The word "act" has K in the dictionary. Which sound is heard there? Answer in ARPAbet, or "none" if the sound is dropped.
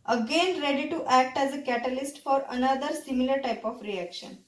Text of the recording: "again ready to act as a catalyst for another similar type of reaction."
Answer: K